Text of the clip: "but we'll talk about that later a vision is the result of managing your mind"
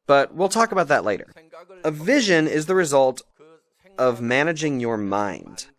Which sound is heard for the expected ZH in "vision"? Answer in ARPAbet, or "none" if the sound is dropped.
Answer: ZH